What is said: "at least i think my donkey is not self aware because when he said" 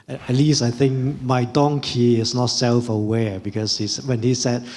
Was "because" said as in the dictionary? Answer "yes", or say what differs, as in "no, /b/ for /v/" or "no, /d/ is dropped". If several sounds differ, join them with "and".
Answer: no, /s/ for /z/